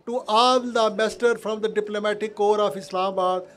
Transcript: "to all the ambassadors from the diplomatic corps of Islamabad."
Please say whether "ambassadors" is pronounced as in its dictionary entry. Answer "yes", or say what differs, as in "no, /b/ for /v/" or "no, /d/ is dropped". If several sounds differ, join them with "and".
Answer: no, /b/ is dropped and /z/ is dropped